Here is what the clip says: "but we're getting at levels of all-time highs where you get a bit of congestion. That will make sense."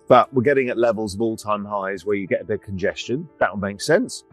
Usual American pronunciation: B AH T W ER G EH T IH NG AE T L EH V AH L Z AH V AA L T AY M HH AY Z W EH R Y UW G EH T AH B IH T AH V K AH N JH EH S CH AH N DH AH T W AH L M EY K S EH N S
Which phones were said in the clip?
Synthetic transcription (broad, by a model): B AH T W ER G EH T IH NG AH T L EH V AH L Z AH V AA L T AY M HH AY Z W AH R Y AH G EH T AH B IH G K AH N JH EH S CH AH N DH AH T W AH L M EY K S EH N S